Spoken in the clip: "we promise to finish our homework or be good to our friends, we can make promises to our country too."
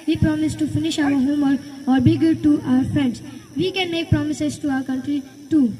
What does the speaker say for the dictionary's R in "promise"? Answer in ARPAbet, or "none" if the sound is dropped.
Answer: R